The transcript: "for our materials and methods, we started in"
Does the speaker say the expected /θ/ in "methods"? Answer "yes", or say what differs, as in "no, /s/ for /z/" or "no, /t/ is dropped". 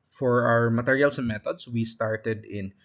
no, /t/ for /θ/